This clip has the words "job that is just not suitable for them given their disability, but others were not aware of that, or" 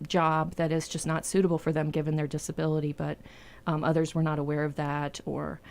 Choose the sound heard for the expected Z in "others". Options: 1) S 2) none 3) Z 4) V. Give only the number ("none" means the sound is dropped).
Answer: 3